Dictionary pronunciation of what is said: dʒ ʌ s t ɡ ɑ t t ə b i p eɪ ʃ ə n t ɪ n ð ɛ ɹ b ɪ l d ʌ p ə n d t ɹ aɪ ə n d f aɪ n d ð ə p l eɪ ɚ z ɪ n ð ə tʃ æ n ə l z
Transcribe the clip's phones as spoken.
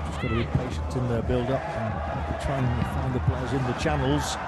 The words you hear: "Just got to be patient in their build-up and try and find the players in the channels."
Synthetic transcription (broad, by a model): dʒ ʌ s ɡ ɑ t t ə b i p eɪ ʃ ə n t ɪ n ð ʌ b ɪ l d ʌ p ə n t ɹ aɪ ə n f aɪ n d ð ə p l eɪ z ɪ n ð ə tʃ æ n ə l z